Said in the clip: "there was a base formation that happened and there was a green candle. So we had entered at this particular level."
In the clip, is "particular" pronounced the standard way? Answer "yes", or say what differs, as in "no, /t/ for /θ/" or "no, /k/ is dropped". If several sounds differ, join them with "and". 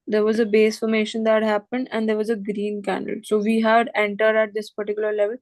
yes